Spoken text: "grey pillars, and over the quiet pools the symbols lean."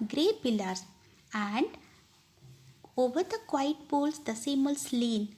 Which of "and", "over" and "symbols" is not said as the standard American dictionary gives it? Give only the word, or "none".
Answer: symbols